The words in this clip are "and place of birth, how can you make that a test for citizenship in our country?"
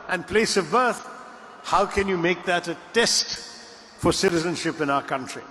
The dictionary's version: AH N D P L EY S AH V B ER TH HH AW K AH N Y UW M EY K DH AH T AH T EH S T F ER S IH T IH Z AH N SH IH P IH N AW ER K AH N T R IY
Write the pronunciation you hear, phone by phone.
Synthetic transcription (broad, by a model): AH N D P L EY S AH V B ER TH HH AW K AH N Y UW M EY K DH AH T AH T EH S T F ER S IH T IH Z AH N SH IH P IH N AW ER K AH N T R IY